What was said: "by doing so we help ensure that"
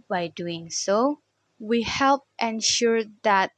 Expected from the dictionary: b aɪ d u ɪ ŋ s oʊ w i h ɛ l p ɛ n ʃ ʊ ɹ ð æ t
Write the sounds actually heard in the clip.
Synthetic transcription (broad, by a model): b aɪ d u ɪ ŋ s oʊ w i h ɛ l p ɛ n ʃ ʊ ɹ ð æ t